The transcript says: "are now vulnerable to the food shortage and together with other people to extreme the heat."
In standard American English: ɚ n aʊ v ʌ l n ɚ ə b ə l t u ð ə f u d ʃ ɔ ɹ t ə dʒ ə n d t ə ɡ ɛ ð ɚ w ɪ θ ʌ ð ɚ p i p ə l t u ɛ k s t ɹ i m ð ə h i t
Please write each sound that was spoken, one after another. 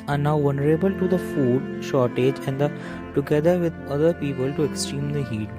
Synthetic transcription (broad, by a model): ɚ n aʊ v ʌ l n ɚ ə b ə l t u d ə f u d ʃ ɔ ɹ t ə dʒ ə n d t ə ɡ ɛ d ɚ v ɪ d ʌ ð ɚ p i p ə l t u ɛ k s t ɹ i m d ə h i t